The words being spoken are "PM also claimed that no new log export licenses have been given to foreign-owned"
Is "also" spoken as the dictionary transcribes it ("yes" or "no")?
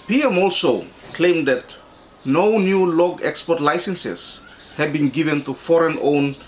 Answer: yes